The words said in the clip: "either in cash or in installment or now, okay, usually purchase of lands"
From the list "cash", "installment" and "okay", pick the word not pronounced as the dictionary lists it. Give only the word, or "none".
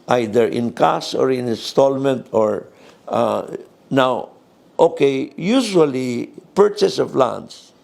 cash